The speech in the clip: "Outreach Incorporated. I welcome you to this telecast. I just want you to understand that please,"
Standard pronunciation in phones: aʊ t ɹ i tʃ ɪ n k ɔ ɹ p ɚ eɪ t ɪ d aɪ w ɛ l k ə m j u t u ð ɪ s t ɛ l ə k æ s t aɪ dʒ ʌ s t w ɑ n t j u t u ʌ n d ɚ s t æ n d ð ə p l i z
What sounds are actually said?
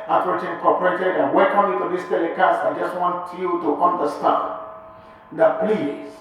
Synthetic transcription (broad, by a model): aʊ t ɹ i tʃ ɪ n k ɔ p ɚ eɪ t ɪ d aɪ w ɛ k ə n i t u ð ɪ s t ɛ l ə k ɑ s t aɪ dʒ ʌ s t w ɑ n t j u t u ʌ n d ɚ s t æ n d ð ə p l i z